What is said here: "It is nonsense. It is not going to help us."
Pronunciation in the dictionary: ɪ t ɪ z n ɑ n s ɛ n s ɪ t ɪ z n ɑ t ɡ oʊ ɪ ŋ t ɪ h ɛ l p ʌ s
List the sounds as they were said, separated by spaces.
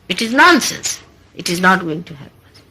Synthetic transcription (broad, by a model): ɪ t ɪ z n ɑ n s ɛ n s ɪ t ɪ z n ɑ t ɡ oʊ ɪ ŋ t ɪ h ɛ p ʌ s